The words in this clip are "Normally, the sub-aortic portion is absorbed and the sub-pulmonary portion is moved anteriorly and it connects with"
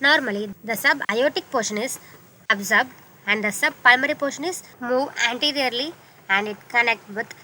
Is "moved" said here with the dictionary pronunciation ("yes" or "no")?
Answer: no